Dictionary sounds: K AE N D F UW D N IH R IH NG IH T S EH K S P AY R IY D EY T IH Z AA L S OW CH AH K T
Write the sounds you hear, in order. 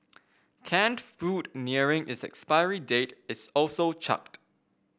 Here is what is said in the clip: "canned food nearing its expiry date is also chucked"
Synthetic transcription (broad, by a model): K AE N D F UW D N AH R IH NG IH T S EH K S P AY R IY D EY T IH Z AA L S OW CH AH K T